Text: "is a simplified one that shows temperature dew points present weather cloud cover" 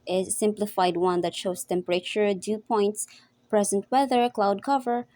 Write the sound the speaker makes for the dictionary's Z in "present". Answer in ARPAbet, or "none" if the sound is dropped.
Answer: Z